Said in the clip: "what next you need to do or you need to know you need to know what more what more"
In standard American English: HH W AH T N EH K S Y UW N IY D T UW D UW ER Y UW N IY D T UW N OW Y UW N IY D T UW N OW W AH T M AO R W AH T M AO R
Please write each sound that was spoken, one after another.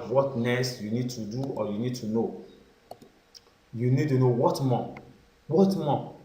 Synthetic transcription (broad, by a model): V W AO T N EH S Y UW N IY D T UW D UW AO Y UW N IY D T UW N OW Y UW N IY D T UW N OW W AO T M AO W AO T M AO